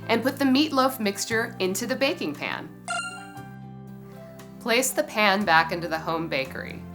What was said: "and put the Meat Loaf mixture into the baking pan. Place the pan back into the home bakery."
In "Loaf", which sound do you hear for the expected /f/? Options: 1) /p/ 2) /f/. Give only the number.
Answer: 2